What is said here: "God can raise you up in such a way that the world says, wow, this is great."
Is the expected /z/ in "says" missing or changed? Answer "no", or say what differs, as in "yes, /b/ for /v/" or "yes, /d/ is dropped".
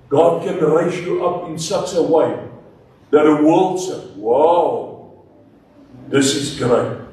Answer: yes, /z/ is dropped